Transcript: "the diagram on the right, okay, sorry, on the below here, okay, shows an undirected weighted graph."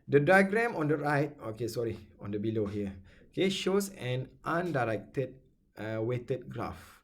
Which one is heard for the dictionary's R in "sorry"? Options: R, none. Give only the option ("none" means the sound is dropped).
R